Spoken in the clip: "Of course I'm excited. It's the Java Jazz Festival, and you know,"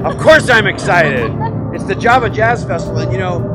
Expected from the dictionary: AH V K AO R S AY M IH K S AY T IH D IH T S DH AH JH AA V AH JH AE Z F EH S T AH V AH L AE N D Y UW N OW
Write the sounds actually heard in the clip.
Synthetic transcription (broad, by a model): AH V K AO R S AY M IH K S AY T IH D IH T S DH AH JH AA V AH JH AE Z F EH S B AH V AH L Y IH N OW